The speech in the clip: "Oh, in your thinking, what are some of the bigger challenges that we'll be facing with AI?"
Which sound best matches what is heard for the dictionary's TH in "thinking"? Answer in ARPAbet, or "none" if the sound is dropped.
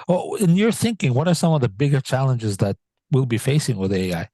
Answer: TH